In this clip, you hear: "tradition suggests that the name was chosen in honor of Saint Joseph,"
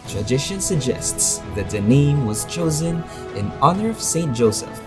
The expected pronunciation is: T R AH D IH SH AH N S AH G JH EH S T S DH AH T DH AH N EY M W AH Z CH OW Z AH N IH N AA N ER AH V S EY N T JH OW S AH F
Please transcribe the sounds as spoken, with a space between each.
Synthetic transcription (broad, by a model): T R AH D IH SH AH N S AH G JH EH S T S DH AH T DH AH N EY M W AH Z CH OW Z AH N IH N AA N ER AH V S EY N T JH OW S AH F